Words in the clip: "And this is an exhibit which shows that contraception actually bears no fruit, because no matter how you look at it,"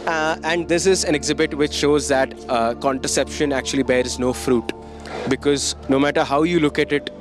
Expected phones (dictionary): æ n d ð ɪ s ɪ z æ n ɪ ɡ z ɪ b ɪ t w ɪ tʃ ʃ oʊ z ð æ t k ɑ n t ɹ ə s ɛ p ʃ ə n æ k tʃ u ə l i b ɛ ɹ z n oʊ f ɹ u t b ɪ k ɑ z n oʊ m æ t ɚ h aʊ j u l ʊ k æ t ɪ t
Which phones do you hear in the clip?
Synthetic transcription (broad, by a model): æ n d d ɪ s ɪ z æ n ɪ ɡ z ɪ b ɪ t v ɪ tʃ ʃ oʊ z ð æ t k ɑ n t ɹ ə s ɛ p ʃ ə n æ k tʃ u ə l i b ɛ ɹ z n oʊ f ɹ u t b ɪ k ɑ z n oʊ m æ t ɚ h aʊ j u l ʊ k æ t ɪ t